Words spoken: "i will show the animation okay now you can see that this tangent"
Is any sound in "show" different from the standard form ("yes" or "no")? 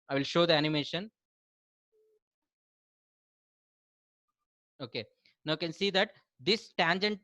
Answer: no